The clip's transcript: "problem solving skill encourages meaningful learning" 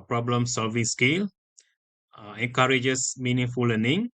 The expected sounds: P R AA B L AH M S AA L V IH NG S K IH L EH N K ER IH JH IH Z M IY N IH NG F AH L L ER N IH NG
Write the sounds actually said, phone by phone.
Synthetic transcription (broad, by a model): P R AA B L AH M S AA L V IH NG S K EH L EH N K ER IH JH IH S M IY N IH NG F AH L L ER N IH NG